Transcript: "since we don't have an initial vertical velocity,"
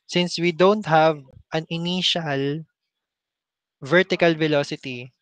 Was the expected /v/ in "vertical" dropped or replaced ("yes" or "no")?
no